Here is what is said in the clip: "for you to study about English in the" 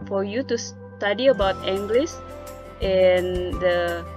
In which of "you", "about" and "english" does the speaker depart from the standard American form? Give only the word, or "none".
english